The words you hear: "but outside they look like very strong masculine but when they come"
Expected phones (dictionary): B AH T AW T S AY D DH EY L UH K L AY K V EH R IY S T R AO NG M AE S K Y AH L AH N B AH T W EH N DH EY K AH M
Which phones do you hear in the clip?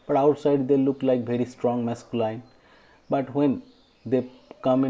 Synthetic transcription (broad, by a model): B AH T AW T S AY D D EY L UH K L AY K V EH R IY S T R AO NG M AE S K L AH AH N B AH T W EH N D EY K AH M